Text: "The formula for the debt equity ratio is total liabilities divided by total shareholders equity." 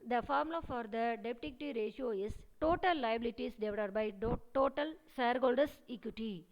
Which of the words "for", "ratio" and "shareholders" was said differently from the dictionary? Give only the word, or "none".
shareholders